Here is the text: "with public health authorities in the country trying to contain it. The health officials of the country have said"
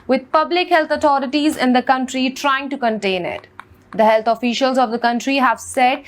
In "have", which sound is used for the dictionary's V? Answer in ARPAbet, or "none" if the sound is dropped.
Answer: V